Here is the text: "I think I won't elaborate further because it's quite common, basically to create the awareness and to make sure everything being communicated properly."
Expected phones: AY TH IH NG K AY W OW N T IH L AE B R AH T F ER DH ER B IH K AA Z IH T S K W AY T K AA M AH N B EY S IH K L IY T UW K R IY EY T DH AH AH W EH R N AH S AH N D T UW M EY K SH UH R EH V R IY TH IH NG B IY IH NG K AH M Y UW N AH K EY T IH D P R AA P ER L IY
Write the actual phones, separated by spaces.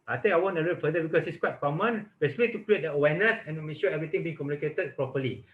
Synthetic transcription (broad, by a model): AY T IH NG AY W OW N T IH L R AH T F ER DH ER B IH K AA S IH T S K W AY T K AA M AH N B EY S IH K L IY T UW K R IY EY T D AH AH W EH N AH S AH N T UW M EY K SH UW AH EH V R IY T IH NG B IY IH NG K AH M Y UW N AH K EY T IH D P R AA P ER L IY